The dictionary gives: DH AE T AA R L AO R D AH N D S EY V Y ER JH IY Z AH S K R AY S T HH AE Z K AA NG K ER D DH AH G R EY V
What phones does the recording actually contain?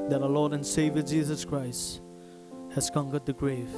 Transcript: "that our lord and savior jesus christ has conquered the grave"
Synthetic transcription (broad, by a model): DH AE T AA L AO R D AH N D S EY V Y ER JH IY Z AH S K R AY S T HH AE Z K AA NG K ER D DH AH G R EY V